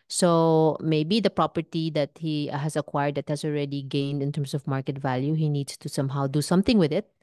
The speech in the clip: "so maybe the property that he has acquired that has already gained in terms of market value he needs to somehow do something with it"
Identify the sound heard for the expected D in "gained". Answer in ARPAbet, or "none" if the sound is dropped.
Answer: D